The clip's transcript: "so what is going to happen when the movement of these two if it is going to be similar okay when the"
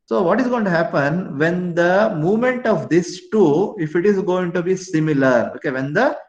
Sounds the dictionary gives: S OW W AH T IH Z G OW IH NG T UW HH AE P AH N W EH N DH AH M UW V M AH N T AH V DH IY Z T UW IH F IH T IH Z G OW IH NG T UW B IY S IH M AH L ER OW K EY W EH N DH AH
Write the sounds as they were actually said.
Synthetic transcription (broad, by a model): S OW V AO T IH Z G OW IH NG T UW HH AE P AH N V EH N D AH M UW V M AH N T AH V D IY S T UW IH F IH T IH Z G OW IH NG T UW B IY S IH M AH L ER OW K EY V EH N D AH